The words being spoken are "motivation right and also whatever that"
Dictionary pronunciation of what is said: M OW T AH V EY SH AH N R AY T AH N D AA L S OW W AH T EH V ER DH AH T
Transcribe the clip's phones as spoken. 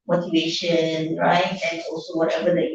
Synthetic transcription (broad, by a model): M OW T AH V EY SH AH N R AY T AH N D AA L S OW W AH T EH B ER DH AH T